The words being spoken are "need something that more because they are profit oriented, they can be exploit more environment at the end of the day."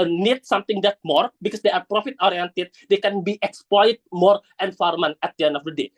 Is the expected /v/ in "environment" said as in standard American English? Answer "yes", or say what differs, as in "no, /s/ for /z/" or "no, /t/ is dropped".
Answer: no, /f/ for /v/